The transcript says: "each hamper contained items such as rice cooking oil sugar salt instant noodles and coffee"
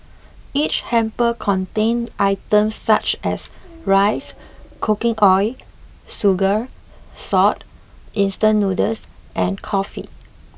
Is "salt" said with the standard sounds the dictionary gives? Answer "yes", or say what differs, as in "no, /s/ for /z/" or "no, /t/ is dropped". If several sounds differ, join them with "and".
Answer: no, /l/ is dropped